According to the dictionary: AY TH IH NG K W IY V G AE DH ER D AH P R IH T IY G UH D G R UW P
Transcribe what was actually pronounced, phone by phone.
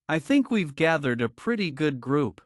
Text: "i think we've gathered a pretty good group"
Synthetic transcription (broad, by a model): AY TH IH NG K W IY V G AE DH ER D AH P R IH T IY G UH D G R UW P